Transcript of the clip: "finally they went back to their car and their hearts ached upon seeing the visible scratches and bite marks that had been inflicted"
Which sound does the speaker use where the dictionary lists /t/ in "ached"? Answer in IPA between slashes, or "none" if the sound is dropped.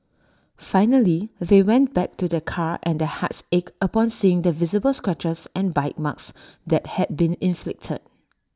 none